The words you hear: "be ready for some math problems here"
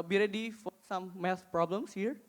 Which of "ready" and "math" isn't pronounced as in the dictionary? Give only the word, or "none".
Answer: math